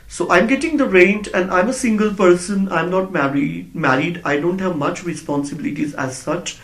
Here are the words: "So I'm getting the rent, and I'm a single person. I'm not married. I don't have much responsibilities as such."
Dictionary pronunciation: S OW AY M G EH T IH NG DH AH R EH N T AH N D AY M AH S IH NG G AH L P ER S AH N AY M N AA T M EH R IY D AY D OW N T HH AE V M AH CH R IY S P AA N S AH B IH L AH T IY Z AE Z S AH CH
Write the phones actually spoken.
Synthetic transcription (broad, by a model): S OW AY M G EH T IH NG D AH R EH N T AH N D AY M AH S IH NG G AH L P ER S AH N AY M N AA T M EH R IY D AY D OW N T HH AE V M AH CH R IY S P AA N S AH B IH L AH T IY Z AE Z S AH CH